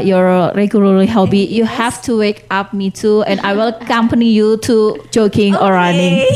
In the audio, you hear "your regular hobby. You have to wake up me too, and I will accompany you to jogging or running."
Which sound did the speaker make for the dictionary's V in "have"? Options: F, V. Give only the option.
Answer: F